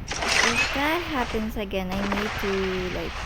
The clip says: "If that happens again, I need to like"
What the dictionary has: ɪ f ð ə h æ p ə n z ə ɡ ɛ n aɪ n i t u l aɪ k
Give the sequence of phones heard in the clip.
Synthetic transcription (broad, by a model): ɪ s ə h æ p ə n s ə ɡ ɛ n aɪ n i t u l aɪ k